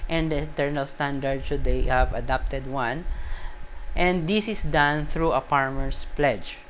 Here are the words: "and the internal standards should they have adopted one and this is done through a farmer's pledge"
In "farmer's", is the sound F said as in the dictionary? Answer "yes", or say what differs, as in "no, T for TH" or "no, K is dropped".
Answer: no, P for F